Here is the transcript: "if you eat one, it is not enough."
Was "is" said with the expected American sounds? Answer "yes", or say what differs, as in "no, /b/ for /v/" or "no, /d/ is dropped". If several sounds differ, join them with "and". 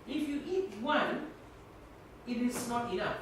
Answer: no, /s/ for /z/